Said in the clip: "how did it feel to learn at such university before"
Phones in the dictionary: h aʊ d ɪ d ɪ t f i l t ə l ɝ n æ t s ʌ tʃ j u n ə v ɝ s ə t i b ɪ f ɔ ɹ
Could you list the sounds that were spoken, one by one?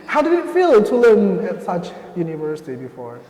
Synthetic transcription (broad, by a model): h aʊ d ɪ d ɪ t f i l t ə l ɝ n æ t s ʌ tʃ j u n ə v ɝ s ə t i b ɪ f ɔ ɹ